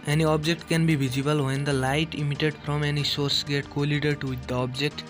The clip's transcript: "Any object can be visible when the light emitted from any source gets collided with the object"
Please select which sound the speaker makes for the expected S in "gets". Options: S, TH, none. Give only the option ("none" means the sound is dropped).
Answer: none